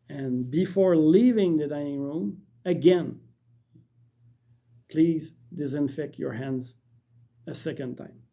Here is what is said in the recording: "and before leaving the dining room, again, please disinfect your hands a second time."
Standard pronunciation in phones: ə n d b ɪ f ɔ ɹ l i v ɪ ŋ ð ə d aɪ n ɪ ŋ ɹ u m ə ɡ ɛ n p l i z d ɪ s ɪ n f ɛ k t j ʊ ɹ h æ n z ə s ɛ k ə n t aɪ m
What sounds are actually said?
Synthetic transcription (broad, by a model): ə n b ɪ f ɔ ɹ l i v ɪ ŋ ð ə d aɪ n ɪ ŋ ɹ u m ə ɡ ɛ n p l i z d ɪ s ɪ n f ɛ k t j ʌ ɹ h æ n z ə s ɛ k ə n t aɪ m